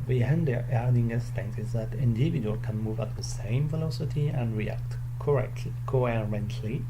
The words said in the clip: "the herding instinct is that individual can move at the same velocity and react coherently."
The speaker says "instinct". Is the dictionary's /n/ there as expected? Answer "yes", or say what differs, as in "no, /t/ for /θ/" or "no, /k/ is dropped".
no, /n/ is dropped